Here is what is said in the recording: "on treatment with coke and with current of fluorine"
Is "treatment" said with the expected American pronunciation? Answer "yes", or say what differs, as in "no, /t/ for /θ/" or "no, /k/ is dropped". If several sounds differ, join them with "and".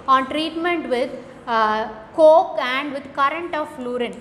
yes